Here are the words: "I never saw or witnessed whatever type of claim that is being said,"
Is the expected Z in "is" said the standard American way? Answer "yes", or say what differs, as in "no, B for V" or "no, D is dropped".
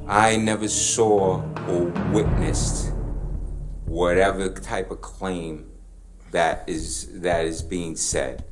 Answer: yes